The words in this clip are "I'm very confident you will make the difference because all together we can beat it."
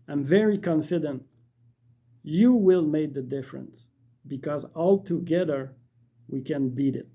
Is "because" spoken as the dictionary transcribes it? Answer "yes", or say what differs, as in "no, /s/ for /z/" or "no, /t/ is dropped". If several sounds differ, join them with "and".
yes